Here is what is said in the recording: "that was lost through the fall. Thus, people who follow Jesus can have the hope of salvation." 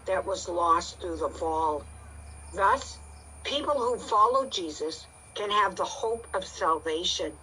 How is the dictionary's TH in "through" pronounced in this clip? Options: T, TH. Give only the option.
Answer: TH